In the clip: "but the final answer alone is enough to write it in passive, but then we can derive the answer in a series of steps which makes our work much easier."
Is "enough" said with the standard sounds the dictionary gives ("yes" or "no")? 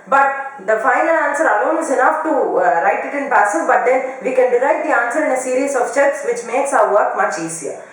yes